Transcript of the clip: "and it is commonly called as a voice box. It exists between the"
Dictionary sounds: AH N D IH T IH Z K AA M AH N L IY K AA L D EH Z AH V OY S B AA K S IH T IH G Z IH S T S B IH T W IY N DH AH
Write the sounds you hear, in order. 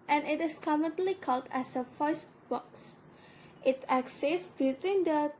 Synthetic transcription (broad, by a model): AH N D IH T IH S K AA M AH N L IY K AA L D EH S AH F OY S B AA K S IH T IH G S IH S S B IH T W IY N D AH